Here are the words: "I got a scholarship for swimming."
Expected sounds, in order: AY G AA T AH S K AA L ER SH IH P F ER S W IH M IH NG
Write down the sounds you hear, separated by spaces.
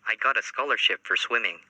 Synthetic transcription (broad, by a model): AY G AA T AH S K AA L ER SH IH P F ER S W IH M IH NG